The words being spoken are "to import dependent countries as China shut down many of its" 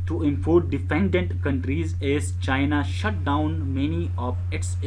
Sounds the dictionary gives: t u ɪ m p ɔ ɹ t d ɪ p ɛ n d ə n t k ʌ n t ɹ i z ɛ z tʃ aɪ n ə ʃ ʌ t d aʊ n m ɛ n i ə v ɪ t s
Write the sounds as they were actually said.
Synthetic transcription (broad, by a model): t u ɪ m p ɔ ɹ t d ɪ f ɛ n d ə n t k ʌ n t ɹ i z ɛ z tʃ aɪ n ə ʃ ʌ t d aʊ n m ɛ n i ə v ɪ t s